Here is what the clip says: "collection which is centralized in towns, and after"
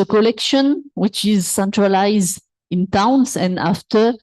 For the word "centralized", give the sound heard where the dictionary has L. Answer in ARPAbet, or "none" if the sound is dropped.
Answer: L